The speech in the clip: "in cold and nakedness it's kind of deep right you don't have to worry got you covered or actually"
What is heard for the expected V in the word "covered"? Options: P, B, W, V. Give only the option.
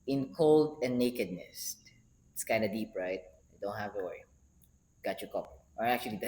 P